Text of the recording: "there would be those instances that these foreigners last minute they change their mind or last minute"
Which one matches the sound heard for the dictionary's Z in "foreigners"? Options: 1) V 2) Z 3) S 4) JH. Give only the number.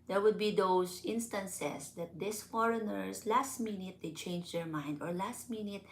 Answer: 3